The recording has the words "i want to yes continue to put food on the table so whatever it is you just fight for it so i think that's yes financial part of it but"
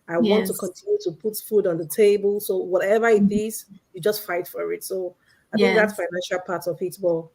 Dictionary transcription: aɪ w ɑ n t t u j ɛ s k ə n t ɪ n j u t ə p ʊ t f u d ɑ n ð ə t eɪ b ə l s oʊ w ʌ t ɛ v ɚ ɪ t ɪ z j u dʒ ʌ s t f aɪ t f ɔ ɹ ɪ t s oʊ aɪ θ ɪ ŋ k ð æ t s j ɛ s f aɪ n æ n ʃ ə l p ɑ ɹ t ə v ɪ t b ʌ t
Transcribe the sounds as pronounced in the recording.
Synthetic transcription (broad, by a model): aɪ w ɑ n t t u k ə n t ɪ n j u t ə p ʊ t f u d ɑ n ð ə t eɪ b ə l s oʊ w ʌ t ɛ v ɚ ɪ t ɪ z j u dʒ ʌ s t f aɪ t f ɔ ɹ ɪ t s oʊ aɪ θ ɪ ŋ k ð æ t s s f aɪ n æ n ʃ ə l p ɑ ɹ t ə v ɪ t b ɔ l